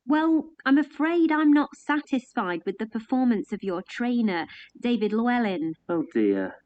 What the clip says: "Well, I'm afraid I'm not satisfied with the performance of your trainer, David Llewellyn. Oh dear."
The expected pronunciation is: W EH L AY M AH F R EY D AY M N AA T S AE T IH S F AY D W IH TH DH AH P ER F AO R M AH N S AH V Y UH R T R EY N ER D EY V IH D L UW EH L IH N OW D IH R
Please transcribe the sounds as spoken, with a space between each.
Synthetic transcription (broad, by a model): W EH L AY M AH F R EY D AY M N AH T S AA T IH S F AY D W IH DH AH P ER F AO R M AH N S AH V Y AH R T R EY N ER D EY V IH D L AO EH L IH N OW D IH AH